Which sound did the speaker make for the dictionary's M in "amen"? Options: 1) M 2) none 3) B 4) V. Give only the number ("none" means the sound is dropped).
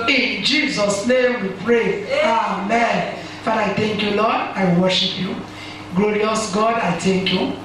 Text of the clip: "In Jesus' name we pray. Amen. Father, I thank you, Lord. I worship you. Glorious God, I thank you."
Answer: 1